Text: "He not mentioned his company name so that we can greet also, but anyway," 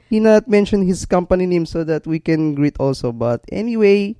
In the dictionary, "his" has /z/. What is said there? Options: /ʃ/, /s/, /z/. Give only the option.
/s/